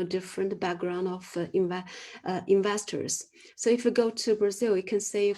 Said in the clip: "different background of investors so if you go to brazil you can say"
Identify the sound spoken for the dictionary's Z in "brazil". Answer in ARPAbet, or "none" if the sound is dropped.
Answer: Z